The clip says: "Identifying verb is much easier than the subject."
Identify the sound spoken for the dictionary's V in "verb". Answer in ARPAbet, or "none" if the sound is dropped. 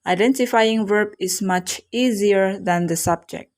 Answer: V